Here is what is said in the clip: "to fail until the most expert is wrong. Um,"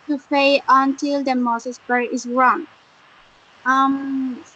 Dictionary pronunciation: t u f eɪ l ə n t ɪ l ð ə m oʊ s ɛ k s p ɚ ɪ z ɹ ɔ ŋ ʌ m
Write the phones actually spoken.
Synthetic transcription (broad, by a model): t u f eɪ ə n t ɪ l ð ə m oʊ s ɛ s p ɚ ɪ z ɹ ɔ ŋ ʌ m